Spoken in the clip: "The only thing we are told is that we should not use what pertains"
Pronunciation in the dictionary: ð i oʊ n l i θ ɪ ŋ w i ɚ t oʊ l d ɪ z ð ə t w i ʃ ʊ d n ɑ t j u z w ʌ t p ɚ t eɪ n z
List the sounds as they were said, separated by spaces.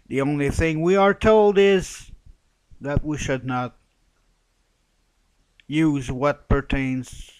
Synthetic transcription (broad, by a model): ð i oʊ n l i θ ɪ ŋ w i ɚ t oʊ l d ɪ z ð ə t w i ʃ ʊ d n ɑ t j u z w ʌ t p ɚ t eɪ n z